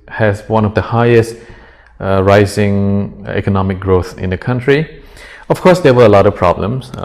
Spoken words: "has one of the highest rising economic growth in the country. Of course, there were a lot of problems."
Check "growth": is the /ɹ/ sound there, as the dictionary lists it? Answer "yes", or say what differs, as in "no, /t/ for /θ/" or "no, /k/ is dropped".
yes